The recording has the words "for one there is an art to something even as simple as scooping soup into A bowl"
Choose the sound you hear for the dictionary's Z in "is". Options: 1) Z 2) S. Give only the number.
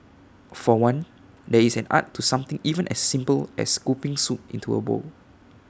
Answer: 2